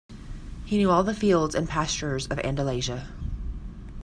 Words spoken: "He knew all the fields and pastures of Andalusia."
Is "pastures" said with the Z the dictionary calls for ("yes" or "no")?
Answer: yes